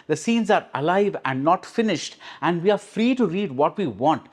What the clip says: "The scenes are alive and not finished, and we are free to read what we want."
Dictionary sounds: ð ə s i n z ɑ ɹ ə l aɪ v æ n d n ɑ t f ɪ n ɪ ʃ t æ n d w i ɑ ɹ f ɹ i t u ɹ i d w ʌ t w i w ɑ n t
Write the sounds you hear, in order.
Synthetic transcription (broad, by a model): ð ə s i n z ɑ ɹ ə l aɪ v æ n d n ɑ t f ɪ n ɪ ʃ t æ n d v i ɑ ɹ f ɹ i t u ɹ i d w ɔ t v i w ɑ n t